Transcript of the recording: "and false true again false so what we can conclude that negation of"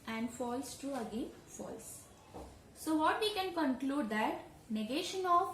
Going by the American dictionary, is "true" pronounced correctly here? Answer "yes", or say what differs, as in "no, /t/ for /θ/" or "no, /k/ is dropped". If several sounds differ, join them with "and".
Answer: yes